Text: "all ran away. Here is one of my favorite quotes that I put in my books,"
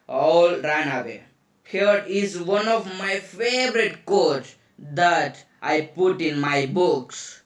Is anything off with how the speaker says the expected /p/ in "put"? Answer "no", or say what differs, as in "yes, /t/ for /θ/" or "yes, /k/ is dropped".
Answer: no